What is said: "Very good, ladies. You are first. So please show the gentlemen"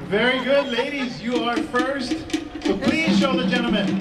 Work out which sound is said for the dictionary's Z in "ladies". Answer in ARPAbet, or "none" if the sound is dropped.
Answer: Z